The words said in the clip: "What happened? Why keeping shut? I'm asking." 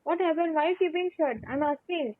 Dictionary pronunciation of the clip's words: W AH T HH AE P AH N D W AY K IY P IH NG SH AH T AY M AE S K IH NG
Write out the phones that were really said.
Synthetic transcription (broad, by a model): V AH T HH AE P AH N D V AY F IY B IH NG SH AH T AY M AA S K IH NG